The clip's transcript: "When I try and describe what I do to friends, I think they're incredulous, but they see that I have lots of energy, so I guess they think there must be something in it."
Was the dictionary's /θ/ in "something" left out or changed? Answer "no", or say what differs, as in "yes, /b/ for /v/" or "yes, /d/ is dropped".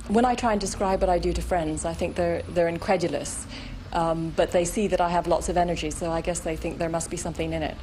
no